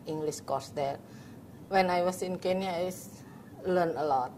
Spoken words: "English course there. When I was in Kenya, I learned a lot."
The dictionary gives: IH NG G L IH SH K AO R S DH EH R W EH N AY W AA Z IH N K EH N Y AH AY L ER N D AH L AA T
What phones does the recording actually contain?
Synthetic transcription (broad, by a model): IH NG G L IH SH K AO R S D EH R W EH N AY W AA S IH N K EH N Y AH AY L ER N AH L AA T